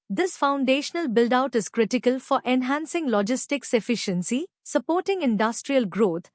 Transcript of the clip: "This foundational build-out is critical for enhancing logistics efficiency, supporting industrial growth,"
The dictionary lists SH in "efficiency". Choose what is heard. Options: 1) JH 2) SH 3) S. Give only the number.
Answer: 2